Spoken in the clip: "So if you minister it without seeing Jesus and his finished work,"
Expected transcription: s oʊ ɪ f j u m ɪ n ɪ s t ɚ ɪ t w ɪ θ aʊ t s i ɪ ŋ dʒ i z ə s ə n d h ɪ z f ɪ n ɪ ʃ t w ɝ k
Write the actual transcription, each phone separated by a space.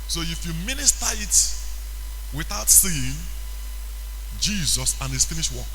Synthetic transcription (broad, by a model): s oʊ ɪ f j u m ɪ n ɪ s t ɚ ɪ t w ɪ θ aʊ t s i ɪ ŋ dʒ i z ə s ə n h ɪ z f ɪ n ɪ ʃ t w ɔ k